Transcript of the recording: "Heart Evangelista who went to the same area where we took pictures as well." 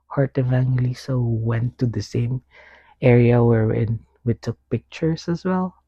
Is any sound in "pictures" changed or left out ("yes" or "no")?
yes